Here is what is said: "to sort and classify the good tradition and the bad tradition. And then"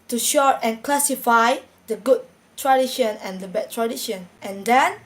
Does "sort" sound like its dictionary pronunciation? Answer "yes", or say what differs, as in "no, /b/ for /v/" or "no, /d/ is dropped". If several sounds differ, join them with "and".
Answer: no, /ʃ/ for /s/